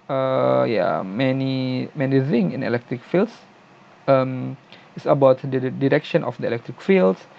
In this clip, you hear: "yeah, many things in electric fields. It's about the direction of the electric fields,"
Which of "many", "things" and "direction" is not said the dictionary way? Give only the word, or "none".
things